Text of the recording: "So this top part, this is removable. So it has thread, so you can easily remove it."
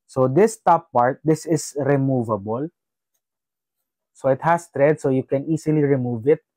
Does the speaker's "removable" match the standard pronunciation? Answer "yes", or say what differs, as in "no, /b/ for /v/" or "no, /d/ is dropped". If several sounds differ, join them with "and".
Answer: yes